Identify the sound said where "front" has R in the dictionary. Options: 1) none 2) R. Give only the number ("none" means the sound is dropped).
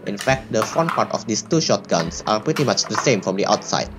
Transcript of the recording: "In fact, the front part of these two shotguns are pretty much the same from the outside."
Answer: 1